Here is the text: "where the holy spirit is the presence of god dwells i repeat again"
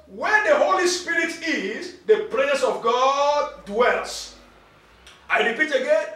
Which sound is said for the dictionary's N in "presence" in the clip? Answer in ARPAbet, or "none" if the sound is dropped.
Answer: none